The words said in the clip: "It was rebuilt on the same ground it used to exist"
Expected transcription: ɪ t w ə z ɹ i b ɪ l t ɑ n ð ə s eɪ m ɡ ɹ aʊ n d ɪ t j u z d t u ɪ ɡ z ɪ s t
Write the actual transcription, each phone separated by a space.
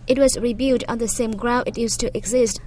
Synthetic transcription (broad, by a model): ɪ t w ə z ɹ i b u t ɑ n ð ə s eɪ m ɡ ɹ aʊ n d ɪ t j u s t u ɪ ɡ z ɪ s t